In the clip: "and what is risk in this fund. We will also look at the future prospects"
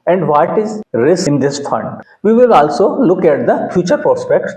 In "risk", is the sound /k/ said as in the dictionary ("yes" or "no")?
no